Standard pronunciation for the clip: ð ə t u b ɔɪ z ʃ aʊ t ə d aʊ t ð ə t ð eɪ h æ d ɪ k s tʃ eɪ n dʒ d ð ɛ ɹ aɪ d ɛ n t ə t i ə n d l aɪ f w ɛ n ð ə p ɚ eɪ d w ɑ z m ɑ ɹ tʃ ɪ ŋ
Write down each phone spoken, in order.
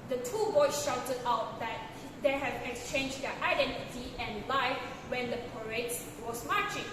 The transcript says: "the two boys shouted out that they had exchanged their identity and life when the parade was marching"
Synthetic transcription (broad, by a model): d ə t u b ɔɪ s ʃ aʊ t ə d aʊ t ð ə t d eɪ h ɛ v ɪ k s tʃ eɪ n dʒ d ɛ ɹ aɪ d ɛ n t ə t i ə n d l aɪ f w ɛ n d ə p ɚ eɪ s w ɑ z m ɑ tʃ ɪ ŋ